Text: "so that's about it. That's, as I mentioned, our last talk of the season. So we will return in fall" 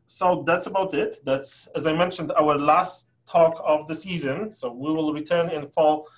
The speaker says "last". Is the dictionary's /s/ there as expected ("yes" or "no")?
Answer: yes